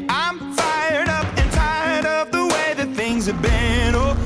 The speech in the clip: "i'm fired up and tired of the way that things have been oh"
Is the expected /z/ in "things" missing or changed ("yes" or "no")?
no